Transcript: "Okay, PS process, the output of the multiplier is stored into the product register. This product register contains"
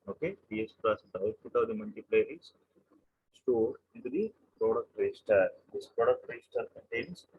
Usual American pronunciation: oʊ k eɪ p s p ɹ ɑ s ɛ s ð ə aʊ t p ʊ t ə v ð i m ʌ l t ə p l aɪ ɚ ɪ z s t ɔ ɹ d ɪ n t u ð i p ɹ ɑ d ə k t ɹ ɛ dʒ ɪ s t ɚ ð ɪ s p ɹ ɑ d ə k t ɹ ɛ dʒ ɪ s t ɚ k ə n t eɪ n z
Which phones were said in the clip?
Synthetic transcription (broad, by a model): oʊ k eɪ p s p l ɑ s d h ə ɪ s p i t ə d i m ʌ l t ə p l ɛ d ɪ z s t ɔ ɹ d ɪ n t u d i p ɹ ɑ d ə k t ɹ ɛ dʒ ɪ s t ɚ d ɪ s p ɹ ɑ d ə k t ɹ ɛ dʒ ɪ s t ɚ k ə n t eɪ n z